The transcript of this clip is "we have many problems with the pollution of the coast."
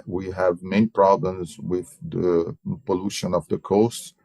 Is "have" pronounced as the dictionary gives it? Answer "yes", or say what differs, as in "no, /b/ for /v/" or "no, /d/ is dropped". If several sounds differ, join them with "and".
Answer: yes